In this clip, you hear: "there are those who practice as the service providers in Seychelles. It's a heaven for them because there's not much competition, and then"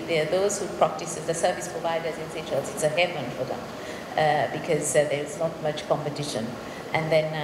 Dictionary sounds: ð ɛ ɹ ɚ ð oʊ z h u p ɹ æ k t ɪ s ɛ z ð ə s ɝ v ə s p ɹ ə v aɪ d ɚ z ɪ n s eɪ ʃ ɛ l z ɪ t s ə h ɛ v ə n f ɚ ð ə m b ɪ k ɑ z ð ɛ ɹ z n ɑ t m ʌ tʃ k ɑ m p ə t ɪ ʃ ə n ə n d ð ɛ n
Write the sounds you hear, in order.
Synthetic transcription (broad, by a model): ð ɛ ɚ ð oʊ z h u p ɹ æ k t ɪ s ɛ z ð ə s ɝ v ə s p ɹ ə v aɪ d ɚ z ɪ n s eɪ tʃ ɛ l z ɪ t s ə h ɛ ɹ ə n f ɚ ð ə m b ɪ k ɑ z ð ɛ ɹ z n ɑ t m ʌ tʃ k ɑ m p ə t ɪ ʃ ə n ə n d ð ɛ n